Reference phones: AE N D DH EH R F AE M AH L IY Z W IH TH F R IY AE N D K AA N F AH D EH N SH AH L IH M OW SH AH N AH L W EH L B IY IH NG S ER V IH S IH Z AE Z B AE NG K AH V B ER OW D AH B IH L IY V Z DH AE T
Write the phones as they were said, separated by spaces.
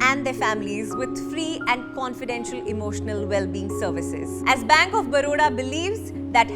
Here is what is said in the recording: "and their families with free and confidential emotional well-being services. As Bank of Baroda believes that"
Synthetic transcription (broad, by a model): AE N D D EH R F AE M AH L IY Z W IH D F R IY AE N D K AA N F AH D EH N SH AH L IH M OW SH AH N AH L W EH L B IY IH NG S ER V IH S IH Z AE Z B AE NG K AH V B ER OW D AH B IH L IY V Z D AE T